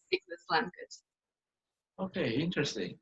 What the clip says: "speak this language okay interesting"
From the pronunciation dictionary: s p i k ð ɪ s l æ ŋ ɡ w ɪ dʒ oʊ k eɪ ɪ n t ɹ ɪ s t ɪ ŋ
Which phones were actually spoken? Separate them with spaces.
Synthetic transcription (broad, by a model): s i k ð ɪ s l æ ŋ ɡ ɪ z oʊ k eɪ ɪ n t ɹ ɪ s t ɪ ŋ